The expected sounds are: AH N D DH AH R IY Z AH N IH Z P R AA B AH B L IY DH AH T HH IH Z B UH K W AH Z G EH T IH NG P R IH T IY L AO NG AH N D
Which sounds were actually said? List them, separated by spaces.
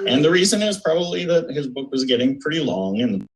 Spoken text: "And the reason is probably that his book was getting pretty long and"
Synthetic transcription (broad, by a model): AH N DH AH R IY Z AH N IH Z P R AA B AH B L IY DH AH T HH IH Z B UH K W AH Z G EH T IH NG P R IH T IY L AO NG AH N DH